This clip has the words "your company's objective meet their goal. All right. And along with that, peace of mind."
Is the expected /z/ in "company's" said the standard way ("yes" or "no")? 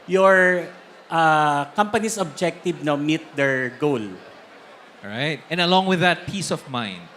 no